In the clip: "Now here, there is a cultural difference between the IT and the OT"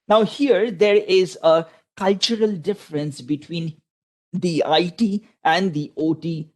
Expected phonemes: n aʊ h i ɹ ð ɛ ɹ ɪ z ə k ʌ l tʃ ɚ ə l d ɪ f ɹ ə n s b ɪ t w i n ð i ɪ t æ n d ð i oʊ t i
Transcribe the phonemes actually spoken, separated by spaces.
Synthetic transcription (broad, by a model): n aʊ h i ɹ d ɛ ɹ ɪ z ə k ʌ l tʃ ɚ ə l d ɪ f ɹ ə n s b ɪ t w i n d i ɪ t æ n d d i oʊ t i